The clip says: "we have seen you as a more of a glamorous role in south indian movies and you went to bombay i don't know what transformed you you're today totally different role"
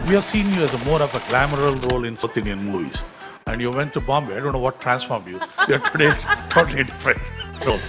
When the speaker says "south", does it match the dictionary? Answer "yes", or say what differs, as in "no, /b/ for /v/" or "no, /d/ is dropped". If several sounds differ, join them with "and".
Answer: no, /t/ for /θ/